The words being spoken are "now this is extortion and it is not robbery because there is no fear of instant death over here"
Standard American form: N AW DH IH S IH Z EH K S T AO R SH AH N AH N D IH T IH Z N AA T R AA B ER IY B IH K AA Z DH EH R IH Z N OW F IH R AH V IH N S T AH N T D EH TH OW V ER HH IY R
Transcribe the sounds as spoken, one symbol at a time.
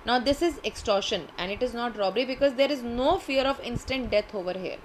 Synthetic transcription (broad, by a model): N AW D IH S IH Z EH K S T AO R SH AH N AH N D IH T IH Z N AA T R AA B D IY B IH K AA Z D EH R IH Z N OW F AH R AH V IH N S T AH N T D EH T OW V ER HH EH R